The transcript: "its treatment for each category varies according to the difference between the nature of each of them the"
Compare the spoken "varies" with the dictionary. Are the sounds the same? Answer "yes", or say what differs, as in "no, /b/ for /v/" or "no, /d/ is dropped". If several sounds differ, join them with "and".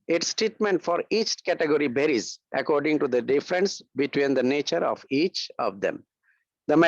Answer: no, /b/ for /v/